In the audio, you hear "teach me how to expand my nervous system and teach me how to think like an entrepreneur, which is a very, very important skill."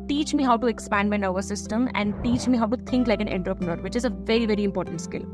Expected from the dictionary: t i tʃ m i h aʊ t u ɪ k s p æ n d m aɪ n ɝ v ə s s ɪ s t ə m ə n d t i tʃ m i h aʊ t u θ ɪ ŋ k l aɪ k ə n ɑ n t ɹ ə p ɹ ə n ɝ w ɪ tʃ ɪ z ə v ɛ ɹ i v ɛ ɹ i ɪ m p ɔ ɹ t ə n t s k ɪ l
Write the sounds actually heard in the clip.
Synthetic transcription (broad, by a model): t i tʃ m i h aʊ t u ɪ k s p æ n d m aɪ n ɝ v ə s s ɪ s t ə m ə n d t i tʃ m i h aʊ t u t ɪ ŋ k l aɪ k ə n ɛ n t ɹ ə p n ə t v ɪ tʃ ɪ z ə v ɛ ɹ i v ɛ ɹ i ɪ m p ɔ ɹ t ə n t s k ɪ l